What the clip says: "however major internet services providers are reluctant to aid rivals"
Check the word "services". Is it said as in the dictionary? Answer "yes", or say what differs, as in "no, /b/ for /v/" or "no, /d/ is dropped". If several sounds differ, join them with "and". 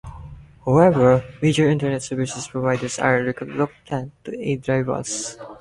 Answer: no, /s/ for /z/